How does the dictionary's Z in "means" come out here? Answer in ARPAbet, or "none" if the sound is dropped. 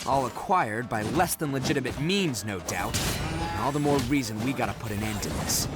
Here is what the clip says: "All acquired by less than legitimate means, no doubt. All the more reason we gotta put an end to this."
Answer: Z